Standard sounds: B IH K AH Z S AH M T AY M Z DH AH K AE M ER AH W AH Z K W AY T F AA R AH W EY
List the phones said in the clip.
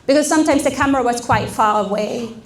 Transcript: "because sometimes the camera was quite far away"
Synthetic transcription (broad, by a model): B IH K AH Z S AH M T AY M Z DH AH K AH M ER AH W AH Z K W AY T F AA L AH W EY